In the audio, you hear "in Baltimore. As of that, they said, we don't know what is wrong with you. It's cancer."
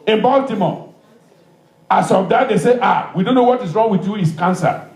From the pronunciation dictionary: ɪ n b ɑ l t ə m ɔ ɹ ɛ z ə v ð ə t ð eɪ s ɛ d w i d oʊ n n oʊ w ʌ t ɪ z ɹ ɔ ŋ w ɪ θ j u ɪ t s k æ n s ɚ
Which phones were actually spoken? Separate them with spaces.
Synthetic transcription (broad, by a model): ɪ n b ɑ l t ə m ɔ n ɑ s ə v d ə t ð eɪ s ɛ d w i d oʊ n n oʊ w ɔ t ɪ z ɹ ɔ ŋ w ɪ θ j u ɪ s k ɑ n s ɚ